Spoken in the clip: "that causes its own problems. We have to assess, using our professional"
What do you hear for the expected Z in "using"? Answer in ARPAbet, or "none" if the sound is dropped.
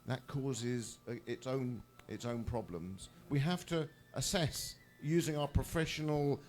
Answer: Z